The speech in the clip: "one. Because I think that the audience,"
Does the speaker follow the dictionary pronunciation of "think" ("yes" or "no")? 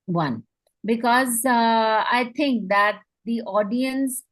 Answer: no